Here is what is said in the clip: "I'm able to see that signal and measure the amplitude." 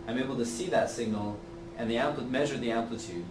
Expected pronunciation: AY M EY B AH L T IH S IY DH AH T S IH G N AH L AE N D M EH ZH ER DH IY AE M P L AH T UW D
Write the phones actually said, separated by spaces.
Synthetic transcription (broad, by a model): AY M EY B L T IH S IY DH AH T S IH G N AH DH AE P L M EH ZH ER DH IY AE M P L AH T UW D